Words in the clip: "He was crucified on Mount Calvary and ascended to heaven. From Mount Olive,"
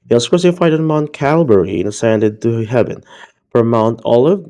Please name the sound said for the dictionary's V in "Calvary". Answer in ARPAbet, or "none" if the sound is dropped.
B